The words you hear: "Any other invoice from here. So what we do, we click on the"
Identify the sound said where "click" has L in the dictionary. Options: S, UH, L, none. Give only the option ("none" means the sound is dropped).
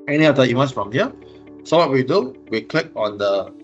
L